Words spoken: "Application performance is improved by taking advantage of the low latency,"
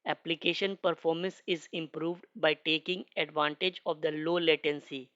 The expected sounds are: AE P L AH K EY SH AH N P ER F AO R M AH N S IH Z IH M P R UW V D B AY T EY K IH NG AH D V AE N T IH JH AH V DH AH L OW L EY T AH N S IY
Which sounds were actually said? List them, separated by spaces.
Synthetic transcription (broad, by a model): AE P L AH K EY SH AH N P ER F AO R M AH N S IH Z IH M P R UW V D B AY T EY K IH NG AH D V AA N T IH JH AH V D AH L OW L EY T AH N S IY